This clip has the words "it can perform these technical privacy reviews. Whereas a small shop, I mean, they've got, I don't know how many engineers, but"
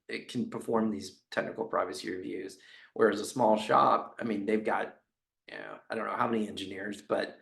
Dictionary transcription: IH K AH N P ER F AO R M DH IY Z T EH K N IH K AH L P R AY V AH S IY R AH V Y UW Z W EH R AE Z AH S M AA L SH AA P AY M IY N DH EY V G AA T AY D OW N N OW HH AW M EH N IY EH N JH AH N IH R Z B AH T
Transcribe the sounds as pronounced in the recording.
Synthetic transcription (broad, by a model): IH K N P ER F AO R M DH IY Z T EH K N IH K L P R AY V AH S IY R AH V Y UW Z W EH R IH Z AH S M AA L SH AA P AY M IY N DH EY V G AA T AY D OW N N OW HH AW M EH N IY EH N JH AH N IH R Z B AH T